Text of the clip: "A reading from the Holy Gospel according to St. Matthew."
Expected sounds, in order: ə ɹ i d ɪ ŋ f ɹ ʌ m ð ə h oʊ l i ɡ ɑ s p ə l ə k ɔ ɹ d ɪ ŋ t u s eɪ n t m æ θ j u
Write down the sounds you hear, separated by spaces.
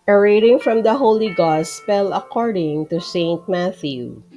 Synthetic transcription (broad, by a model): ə ɹ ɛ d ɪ ŋ f ɹ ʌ m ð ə h oʊ l i ɡ ɑ s p ə l ə k ɔ ɹ d ɪ ŋ t u s eɪ n t m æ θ j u